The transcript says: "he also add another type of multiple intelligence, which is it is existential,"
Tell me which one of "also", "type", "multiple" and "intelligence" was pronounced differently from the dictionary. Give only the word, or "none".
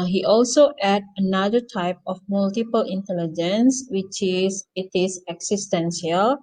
none